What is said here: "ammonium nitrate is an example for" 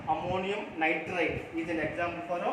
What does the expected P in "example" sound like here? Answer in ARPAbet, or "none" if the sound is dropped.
B